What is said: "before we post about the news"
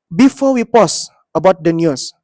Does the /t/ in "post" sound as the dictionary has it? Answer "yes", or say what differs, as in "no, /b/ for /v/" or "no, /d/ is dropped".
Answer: no, /t/ is dropped